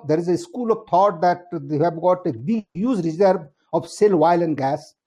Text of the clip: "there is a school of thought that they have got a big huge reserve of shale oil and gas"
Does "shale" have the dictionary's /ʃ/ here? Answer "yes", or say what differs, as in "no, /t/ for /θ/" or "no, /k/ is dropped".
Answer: no, /s/ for /ʃ/